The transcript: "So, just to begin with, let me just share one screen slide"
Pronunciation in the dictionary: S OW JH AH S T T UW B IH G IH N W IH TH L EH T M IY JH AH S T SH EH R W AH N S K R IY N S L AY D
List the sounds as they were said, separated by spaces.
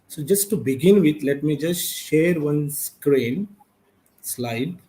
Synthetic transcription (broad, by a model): S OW JH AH S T T UW B IH G IH N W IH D L EH T M IY JH AH S T SH EH R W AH N S K R IY N S L AY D